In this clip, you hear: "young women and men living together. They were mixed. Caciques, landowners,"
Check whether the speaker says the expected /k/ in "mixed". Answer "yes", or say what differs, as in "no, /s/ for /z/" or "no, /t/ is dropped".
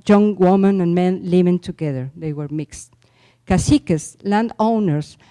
yes